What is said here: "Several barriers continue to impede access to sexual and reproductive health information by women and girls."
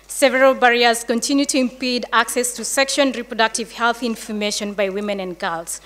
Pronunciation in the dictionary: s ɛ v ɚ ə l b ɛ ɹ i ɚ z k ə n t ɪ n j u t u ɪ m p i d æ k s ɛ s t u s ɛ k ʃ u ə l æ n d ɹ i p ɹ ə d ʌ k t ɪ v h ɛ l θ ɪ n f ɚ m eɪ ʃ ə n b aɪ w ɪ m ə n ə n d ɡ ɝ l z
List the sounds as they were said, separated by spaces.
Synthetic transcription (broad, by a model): s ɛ v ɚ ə l b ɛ ɹ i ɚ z k ə n t ɪ n j u t u ɪ m p i d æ k s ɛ s t u s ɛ k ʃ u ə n ɹ i p ɹ ə d ʌ k t ɪ v h ɛ l θ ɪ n f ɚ m eɪ ʃ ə n b aɪ w ɪ m ə n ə n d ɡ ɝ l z